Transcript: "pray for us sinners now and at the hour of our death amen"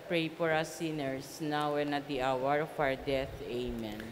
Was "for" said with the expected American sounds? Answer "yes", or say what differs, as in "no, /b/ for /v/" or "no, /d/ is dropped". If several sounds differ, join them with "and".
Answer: no, /p/ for /f/